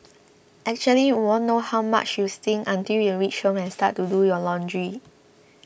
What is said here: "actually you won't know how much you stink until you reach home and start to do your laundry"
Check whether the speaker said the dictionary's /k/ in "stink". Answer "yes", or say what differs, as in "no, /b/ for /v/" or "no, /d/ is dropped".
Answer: no, /k/ is dropped